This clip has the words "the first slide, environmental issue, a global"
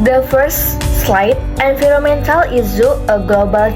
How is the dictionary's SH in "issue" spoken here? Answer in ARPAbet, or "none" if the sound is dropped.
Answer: S